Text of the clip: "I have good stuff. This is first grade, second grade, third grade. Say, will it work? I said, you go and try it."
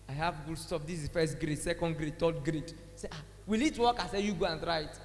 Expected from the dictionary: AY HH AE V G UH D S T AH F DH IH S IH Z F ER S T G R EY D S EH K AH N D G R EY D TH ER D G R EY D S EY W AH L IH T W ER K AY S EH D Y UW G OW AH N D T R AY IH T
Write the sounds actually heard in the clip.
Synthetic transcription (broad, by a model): AY HH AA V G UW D S T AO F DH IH S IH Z F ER S T G R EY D S EH K AH N D G R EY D T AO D G R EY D S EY W AH L IH T W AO K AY S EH Y UW G OW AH N T R AY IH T